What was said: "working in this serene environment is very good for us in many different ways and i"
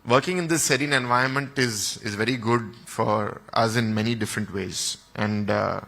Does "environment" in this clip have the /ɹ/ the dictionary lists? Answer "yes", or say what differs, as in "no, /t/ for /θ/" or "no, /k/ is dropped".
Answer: no, /ɹ/ is dropped